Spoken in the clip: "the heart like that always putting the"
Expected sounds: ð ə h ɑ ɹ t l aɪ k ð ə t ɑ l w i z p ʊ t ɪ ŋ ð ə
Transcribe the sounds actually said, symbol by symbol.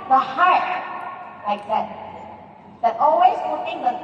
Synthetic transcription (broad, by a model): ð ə h ɑ ɹ t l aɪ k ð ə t ɑ l w i z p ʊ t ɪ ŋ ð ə